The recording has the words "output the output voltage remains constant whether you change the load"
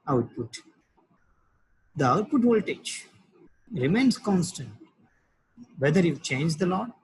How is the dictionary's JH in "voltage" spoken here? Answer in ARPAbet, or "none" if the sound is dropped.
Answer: CH